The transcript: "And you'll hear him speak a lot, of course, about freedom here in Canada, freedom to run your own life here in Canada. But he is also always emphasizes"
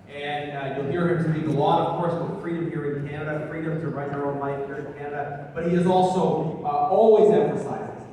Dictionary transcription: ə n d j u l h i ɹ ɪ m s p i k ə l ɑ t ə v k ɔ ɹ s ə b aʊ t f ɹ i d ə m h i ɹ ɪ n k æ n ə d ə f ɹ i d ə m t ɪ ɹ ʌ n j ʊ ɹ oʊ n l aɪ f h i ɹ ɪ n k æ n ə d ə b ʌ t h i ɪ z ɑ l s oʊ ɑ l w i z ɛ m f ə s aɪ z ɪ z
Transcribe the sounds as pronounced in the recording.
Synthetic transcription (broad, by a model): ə n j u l h i ɹ ɪ m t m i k ə l ɑ t ə v k ɔ ɹ s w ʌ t f ɹ i d ə m h i ɹ ɪ n k æ n ə d ə f ɹ i d ə m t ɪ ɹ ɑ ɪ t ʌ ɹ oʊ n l aɪ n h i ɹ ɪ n k æ n ə d ə b ʌ t h i ɪ z ɑ l s oʊ ɑ l w i z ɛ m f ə s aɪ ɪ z